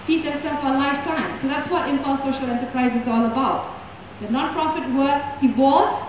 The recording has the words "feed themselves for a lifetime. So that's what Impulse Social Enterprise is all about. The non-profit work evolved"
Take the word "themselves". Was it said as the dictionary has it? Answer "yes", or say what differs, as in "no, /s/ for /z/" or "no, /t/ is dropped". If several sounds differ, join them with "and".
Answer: no, /m/ is dropped